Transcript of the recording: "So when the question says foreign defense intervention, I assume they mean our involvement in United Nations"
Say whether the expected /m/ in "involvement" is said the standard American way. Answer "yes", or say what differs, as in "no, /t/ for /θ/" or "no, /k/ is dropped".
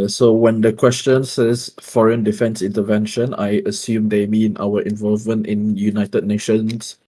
yes